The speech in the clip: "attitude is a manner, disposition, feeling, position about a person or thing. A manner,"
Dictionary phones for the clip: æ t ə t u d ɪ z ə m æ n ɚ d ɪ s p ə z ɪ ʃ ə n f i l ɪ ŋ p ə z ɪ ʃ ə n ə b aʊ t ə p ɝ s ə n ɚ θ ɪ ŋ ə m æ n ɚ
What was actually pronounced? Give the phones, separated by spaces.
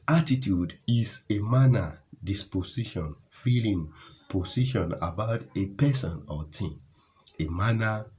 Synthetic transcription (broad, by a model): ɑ t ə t u d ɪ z ə m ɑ n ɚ d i s p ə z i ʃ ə n f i l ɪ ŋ p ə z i ʃ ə n ə b aʊ t ə p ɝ s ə n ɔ t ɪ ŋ ə m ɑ n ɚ